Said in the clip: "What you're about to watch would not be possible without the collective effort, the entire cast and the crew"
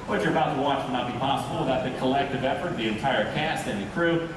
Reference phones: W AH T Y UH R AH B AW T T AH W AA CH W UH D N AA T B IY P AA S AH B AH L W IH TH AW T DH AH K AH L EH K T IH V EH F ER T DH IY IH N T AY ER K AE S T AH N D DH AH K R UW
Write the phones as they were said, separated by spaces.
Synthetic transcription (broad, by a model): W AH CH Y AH R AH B AW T T AH W AA CH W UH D N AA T B IY P AA S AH B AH L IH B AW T DH AH K AH L EH K T IH V EH F ER T DH IY IH N T AY ER K AE S T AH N DH AH K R UW